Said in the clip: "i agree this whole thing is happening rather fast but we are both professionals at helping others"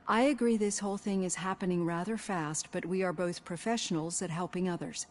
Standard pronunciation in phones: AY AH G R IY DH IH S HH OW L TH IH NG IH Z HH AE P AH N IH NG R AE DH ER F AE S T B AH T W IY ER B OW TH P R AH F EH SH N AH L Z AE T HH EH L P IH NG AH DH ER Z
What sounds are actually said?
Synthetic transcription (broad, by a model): AY AH G R IY DH IH S HH OW L TH IH NG IH Z HH AE P AH N IH NG R AE DH ER F AE S T B AH T W IY ER B OW TH P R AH F EH SH N L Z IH T HH EH L P IH NG AH DH ER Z